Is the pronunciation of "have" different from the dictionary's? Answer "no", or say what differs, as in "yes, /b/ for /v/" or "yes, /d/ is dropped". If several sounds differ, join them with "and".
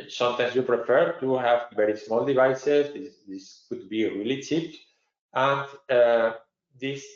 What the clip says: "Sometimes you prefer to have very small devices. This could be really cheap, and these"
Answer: no